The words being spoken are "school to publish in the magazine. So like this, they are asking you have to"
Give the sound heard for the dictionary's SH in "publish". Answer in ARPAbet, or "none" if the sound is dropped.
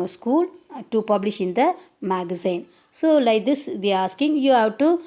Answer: SH